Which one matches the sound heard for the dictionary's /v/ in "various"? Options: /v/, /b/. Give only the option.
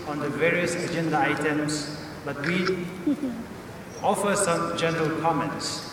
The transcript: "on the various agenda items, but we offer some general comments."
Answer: /v/